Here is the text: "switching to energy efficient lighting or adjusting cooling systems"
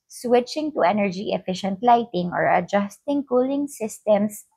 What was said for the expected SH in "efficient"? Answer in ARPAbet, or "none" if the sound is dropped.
SH